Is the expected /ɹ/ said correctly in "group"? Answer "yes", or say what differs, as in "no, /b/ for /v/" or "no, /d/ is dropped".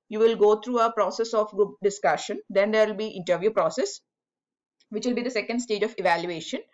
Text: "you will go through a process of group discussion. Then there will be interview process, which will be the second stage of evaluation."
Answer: no, /ɹ/ is dropped